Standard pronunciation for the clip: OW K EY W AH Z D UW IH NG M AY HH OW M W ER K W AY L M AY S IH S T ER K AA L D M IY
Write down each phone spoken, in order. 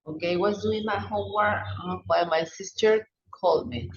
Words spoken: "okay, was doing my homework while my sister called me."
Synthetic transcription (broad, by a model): OW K EY W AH S D UW IH NG M AY HH OW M W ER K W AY M AY S IH S T ER K AA L D M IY